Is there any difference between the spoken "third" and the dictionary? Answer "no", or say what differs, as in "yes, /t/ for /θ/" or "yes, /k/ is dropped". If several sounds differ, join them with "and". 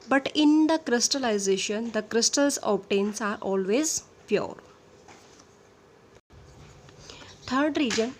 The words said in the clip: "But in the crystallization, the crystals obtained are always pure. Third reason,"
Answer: yes, /t/ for /θ/